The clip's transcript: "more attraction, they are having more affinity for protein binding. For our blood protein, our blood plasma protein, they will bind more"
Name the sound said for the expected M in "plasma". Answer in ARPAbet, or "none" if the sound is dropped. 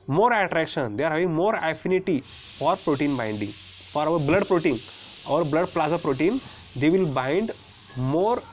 none